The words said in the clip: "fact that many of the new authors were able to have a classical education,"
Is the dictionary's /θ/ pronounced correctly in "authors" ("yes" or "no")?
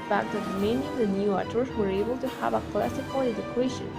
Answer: no